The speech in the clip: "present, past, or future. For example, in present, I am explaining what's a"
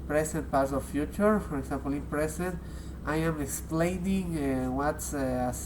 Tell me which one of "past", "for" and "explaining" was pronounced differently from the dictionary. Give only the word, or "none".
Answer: past